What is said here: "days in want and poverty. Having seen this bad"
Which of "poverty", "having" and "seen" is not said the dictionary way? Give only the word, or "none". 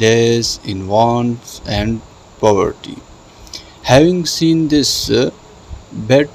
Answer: none